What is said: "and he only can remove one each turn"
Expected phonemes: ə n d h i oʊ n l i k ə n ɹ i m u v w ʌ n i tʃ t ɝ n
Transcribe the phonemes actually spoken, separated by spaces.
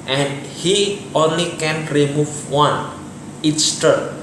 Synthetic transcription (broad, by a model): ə n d h i oʊ n l i k ə n ɹ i m u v w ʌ n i s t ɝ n